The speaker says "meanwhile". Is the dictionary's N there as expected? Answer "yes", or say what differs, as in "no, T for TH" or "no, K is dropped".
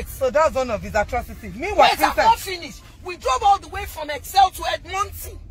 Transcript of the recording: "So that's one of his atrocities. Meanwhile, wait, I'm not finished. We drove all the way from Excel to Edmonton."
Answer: no, N is dropped